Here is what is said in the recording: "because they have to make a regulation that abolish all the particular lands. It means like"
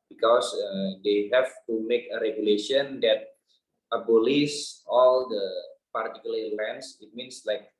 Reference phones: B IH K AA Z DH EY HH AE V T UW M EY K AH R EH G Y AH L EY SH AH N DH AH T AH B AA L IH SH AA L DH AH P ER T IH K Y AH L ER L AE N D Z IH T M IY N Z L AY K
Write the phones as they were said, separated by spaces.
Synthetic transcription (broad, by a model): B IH K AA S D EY HH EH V T UW M EY K AH R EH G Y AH L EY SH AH N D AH T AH B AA L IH S AA L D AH P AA T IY K Y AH L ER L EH N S IH T M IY N S L AY K